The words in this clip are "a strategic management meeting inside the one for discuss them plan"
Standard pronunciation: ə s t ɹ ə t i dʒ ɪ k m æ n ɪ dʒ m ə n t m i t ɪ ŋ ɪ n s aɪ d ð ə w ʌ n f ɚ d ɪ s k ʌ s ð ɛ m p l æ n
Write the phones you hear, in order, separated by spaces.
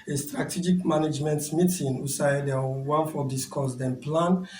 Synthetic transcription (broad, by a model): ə s t ɹ ə t i dʒ ɪ k m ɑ n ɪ dʒ m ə n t m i t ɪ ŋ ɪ s aɪ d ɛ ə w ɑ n f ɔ d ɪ s k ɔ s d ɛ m p l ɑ n